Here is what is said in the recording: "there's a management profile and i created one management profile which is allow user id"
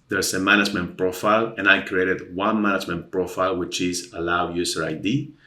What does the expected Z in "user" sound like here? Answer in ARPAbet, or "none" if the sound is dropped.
S